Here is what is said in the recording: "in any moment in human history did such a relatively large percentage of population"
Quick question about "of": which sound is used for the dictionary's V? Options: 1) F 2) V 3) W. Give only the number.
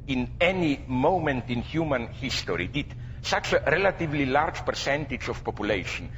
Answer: 1